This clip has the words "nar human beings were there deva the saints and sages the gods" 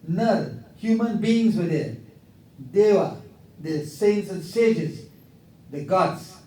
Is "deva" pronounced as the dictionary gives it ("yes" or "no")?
no